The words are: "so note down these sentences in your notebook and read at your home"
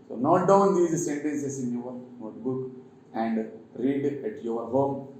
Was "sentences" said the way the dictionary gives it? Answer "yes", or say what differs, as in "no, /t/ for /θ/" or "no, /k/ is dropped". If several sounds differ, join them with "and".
no, /s/ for /z/